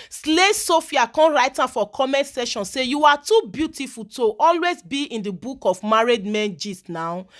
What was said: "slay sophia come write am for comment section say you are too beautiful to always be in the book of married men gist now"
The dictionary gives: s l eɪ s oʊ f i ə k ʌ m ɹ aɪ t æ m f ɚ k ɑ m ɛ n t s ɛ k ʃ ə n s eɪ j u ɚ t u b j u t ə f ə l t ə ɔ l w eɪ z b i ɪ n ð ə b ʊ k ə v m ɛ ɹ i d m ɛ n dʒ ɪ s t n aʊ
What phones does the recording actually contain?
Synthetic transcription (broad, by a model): s l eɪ s oʊ f i ə k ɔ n ɹ aɪ t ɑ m f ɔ k ɑ m ɛ n t s ɛ ʃ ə n s eɪ j u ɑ t u b j u t ə f ə l t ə ɔ l w eɪ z b i ɪ n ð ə b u k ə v m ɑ ɹ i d m ɛ n dʒ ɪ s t n aʊ